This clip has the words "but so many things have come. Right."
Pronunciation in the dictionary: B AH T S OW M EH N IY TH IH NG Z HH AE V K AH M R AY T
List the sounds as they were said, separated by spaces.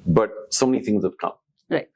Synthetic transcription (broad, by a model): B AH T S OW M EH N IY TH IH NG Z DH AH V K AH M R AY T